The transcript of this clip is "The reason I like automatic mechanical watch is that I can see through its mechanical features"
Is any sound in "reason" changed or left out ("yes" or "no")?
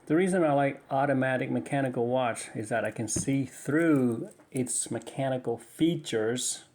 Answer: no